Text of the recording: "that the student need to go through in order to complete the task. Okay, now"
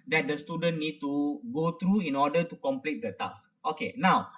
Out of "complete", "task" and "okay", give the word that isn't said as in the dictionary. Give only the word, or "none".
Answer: task